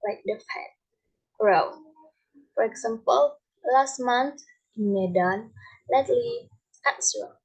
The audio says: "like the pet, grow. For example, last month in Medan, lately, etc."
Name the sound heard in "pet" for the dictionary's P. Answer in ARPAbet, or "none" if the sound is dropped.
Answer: F